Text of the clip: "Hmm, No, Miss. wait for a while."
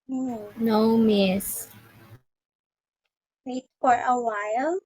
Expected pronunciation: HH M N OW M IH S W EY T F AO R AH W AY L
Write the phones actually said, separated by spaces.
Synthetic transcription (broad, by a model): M N OW M IH S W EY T F AO R AH W AY L